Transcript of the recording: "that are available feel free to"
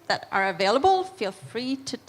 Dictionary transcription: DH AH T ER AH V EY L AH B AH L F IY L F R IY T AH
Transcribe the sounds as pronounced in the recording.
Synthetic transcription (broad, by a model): DH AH T ER AH V EY L AH B AH L F IY L F R IY T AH